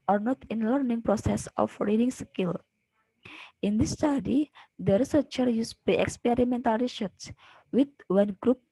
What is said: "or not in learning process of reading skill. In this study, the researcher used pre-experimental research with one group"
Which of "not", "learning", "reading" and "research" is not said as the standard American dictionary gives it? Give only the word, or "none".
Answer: research